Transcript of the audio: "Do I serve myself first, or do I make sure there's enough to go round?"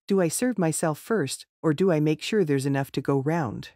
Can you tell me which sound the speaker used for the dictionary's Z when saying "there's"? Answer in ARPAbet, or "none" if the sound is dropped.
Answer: Z